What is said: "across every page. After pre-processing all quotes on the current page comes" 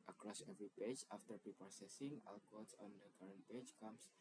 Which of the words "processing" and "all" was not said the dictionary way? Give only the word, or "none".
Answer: processing